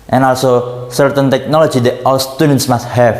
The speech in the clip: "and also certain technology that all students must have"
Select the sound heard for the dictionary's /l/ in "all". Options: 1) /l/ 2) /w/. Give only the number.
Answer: 2